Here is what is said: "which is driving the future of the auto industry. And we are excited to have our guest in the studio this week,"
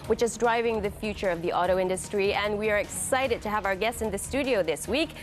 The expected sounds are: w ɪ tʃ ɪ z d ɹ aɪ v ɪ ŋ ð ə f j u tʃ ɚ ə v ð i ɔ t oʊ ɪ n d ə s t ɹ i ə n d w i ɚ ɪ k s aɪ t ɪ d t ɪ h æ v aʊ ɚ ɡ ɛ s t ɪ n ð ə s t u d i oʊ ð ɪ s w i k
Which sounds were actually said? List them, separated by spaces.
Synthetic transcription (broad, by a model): w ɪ tʃ ɪ z d ɹ aɪ v ɪ ŋ ð ə f j u tʃ ɚ ə v ð i ɔ t oʊ ɪ n d ə s t ɹ i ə n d w i ɚ ɪ k s aɪ t ɪ d t ɪ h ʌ v aʊ ɚ ɡ ɛ s t ɪ n ð ə s t u d i oʊ ð ɪ s w i k